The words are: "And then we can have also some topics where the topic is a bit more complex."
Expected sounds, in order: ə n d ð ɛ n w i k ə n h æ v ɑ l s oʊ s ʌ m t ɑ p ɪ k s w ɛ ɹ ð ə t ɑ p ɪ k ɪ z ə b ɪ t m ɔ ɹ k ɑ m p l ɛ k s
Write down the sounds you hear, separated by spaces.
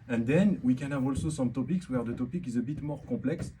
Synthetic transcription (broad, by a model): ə n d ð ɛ n w i k ə n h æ v ɑ l s oʊ s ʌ m t ɑ p ɪ k s w ɛ ɹ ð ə t ɑ p ɪ k ɪ z ə b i t m ɔ ɹ k ɑ p l ɛ k s